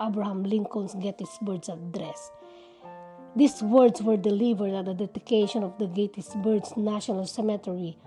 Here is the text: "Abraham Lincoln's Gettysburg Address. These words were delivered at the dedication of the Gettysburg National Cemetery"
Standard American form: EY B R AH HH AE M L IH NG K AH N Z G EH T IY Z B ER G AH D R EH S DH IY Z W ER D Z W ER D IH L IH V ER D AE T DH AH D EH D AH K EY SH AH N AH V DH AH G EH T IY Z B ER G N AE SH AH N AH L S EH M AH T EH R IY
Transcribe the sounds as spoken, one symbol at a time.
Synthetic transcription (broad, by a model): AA B R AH HH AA M L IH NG K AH N S G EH T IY S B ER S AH D R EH S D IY S W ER D S W ER D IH L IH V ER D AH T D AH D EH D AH K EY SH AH N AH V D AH G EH T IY S B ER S N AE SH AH N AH L S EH M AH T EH R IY